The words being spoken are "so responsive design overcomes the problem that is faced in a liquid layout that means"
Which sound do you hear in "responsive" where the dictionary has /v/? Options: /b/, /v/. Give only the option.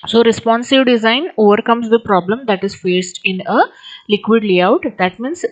/v/